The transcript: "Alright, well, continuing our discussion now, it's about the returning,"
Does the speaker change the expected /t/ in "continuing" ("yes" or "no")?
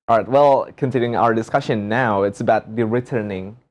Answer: yes